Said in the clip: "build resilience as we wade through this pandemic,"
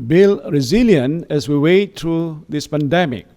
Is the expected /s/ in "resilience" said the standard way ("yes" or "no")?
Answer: no